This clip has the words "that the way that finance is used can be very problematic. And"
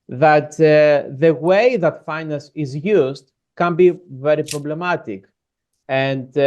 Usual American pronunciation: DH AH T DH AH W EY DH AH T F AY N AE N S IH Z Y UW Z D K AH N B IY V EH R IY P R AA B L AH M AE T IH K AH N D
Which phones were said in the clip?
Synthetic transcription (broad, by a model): DH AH T DH AH W EY DH AH T F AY N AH S IH Z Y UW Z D K AH N B IY V EH R IY P R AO B L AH M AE T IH K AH N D